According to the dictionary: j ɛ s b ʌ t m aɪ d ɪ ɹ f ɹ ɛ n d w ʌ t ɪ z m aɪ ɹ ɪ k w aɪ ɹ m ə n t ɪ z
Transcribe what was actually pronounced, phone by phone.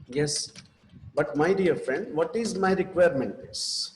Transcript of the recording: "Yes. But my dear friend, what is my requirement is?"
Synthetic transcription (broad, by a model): j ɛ s b ʌ t m aɪ d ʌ ɹ f ɹ ɛ n d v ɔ t ɪ z m aɪ ɹ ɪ k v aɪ ɹ m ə n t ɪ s